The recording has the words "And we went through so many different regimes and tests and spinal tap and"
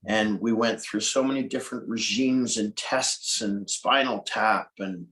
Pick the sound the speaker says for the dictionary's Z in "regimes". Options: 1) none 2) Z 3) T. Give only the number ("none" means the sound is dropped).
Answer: 2